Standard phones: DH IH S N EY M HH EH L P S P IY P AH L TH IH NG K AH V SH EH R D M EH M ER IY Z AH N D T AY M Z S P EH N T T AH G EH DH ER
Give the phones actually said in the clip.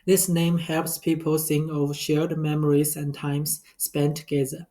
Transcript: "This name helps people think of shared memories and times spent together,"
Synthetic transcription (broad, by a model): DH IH S N EY M HH EH L P S P IY P AH L S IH NG AH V SH EH R D M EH M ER IY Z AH N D T AY M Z S P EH N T T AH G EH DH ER